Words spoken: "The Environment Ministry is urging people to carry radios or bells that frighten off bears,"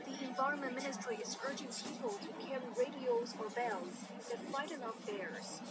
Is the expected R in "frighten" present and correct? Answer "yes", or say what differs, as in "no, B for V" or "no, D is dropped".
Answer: no, L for R